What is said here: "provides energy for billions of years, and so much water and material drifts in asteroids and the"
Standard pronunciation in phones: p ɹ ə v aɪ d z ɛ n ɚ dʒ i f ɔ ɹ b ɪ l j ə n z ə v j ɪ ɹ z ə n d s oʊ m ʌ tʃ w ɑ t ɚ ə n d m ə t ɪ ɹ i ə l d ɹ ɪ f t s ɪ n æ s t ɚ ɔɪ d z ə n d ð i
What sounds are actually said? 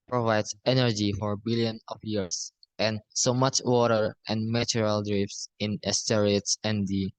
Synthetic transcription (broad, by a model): p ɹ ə v aɪ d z ɛ n ɚ dʒ i f ɔ ɹ b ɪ l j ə n ə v j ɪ ɹ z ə n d s oʊ m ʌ tʃ w ɑ t ɚ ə n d m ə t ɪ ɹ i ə l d ɹ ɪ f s ɪ n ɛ s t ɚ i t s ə n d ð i